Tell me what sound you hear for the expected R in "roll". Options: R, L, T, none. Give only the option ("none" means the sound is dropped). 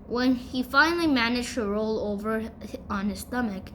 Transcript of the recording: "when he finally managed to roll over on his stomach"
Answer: R